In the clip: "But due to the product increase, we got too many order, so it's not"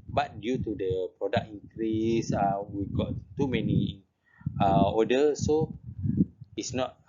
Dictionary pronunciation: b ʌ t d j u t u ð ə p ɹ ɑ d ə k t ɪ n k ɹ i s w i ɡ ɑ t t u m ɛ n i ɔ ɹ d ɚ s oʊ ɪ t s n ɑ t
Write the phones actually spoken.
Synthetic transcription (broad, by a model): b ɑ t d j u t u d ə p ɹ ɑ d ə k ɪ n k ɹ i s w i ɡ ɑ t t u m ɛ n i ɔ d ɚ s oʊ ɪ t s n ɑ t